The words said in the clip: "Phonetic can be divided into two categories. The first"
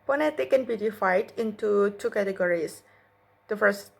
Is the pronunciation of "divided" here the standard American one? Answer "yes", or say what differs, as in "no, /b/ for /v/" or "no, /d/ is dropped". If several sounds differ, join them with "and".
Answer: no, /f/ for /v/